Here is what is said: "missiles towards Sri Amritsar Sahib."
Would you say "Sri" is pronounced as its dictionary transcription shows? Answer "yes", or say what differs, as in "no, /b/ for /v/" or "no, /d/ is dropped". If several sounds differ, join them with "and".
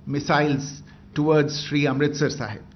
yes